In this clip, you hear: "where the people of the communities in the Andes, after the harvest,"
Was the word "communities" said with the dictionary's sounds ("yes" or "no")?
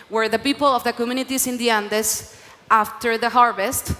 no